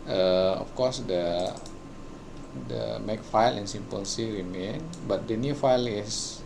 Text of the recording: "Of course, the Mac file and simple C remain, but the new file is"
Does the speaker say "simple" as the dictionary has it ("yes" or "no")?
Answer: no